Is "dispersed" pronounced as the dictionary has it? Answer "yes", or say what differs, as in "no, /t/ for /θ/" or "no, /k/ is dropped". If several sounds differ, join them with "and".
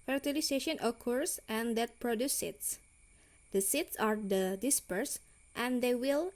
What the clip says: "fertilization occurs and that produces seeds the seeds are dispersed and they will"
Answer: yes